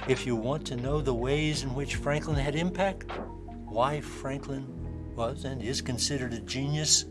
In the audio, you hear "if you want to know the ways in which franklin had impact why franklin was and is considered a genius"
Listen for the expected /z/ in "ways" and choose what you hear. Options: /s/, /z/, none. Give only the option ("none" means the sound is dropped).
/z/